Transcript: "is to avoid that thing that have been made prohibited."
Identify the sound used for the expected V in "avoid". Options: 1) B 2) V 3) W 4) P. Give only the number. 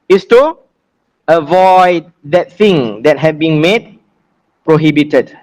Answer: 2